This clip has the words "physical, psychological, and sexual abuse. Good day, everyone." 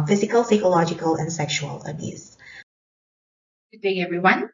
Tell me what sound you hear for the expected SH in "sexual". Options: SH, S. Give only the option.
SH